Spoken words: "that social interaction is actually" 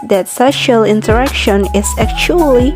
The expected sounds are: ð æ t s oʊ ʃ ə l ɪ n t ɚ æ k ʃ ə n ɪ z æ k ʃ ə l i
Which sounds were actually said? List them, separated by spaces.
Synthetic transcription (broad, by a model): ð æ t s oʊ ʃ ə l ɪ n t ɚ æ k ʃ ə n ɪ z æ k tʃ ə l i